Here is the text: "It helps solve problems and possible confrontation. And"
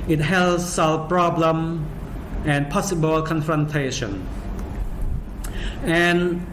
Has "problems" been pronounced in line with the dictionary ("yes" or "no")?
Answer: no